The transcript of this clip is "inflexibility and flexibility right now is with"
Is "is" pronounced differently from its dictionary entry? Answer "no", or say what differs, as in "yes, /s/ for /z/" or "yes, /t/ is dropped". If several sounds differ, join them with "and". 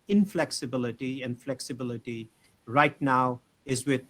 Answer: no